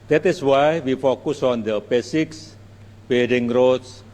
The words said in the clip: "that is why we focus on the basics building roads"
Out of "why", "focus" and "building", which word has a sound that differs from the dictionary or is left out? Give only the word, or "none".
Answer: building